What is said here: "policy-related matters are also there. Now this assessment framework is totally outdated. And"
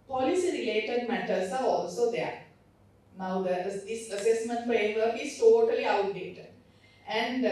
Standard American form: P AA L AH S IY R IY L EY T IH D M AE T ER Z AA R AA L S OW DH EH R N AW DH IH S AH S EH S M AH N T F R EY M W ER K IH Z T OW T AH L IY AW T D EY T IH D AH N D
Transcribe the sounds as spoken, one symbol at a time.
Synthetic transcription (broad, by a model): P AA L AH S IY R IY L EY T IH D M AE T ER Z AA R AA L S OW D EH R N AW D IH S AH S EH S M AH N T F EY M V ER IH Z T OW T AH L IY AW T D EY T IH D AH N D